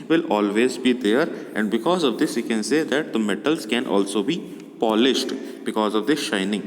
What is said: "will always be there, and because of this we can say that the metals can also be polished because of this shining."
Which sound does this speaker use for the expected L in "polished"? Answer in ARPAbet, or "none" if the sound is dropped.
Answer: L